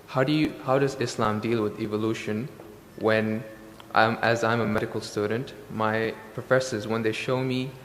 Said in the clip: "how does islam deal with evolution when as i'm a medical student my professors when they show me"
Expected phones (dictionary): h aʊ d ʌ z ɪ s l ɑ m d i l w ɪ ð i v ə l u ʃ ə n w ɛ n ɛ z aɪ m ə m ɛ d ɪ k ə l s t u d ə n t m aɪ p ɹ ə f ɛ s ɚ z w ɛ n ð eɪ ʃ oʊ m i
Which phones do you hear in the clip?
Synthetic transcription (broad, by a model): h aʊ d ʌ z ɪ s l ɑ m d i l w ɪ ð i v ə l u ʃ ə n w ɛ n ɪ z aɪ m ə m ɛ d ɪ k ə l s t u d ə n t m aɪ p ɹ ə f ɛ s ɚ z w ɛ n ð eɪ ʃ oʊ m i